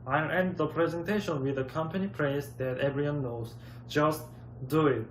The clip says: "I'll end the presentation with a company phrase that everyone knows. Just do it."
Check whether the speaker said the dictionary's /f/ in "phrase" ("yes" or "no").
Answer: no